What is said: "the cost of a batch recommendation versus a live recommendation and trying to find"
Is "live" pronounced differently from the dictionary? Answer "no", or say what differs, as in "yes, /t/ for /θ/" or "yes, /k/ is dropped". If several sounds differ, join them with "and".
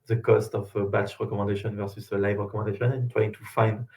no